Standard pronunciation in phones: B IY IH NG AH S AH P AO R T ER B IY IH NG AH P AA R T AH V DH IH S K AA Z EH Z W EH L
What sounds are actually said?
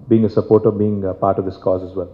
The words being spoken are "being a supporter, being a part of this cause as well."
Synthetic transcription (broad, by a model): B IY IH NG AH S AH P AO R T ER B IY IH NG P AA R T AH V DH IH S K AA Z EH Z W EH L